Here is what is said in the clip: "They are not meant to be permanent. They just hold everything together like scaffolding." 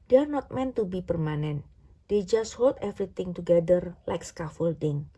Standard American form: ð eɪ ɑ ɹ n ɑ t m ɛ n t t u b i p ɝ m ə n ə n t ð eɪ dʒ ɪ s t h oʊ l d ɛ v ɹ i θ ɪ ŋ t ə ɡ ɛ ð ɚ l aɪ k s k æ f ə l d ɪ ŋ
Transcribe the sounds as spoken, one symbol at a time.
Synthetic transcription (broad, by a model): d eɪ ɑ ɹ n ɑ t m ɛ n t t u b i p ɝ m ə n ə n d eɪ dʒ ɪ s t h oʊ l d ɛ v ɹ i t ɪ ŋ t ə ɡ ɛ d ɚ l aɪ k s k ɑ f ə l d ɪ ŋ